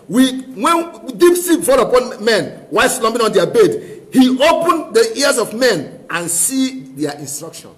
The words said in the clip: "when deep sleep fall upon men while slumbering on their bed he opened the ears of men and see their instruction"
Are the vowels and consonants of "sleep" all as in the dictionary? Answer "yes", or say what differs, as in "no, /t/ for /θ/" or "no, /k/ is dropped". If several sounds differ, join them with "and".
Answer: no, /l/ is dropped